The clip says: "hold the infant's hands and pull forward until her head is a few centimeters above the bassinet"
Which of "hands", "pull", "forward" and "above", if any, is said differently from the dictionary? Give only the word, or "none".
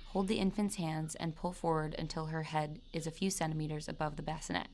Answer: none